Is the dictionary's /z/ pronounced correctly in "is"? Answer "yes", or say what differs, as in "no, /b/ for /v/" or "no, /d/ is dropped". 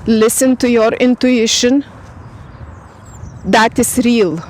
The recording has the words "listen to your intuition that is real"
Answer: no, /s/ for /z/